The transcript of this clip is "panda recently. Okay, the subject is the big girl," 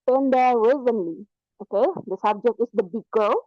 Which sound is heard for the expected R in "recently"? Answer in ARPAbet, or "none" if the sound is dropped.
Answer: W